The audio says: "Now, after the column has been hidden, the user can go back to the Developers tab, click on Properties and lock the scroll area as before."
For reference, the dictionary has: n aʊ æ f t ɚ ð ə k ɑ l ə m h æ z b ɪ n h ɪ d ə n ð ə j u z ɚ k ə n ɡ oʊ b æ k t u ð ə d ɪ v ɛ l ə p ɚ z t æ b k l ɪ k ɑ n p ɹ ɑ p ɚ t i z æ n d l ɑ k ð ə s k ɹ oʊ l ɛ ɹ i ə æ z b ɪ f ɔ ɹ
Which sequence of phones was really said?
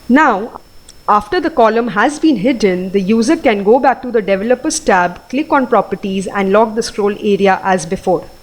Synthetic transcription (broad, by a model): n aʊ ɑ f t ɚ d ə k ɑ l ə m h æ z b ɪ n h ɪ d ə n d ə j u z ɚ k ə n ɡ oʊ b æ k t u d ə d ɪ v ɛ l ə p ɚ s t æ b k l ɪ k ɑ n p ɹ ɑ p ɚ t i z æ n d l ɑ k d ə s k ɹ oʊ l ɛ ɹ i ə æ z b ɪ f ɔ ɹ